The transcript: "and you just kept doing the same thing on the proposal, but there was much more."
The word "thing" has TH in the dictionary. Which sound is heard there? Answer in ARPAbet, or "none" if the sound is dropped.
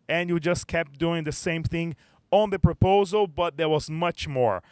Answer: TH